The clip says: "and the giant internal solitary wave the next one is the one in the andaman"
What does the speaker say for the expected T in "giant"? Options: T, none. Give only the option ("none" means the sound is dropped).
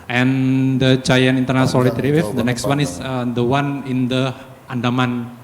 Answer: none